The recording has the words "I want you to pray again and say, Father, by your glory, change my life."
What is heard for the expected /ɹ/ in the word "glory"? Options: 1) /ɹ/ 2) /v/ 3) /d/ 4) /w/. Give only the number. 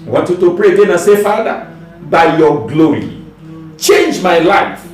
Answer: 1